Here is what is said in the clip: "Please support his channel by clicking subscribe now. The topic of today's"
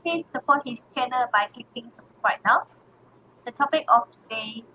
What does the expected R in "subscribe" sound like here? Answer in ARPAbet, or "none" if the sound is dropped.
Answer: W